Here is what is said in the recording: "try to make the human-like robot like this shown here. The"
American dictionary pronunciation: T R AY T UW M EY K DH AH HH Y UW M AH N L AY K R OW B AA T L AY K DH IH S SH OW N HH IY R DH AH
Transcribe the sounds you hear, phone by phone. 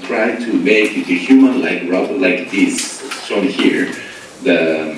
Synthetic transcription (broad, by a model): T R AY T UW M EY K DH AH HH Y UW M AH N L AY K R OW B L AY K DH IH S S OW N HH IY R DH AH